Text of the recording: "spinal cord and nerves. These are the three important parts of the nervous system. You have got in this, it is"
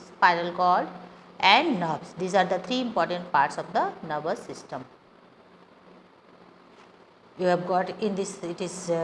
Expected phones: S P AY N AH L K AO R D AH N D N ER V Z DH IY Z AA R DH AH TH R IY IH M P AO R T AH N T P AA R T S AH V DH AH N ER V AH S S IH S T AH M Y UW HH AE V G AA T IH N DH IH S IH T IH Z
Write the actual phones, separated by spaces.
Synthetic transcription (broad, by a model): S P AY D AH L K AO L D AH N D N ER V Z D IY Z AA R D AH T R IY IH M P AO R T AH N T P AA R T S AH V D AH N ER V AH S S IH S T AH M Y UW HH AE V G AA T IH N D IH S IH T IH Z